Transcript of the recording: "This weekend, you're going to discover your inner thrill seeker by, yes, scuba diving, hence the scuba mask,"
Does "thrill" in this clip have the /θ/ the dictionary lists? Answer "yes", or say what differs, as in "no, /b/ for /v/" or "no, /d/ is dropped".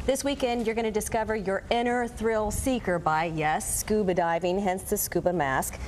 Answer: yes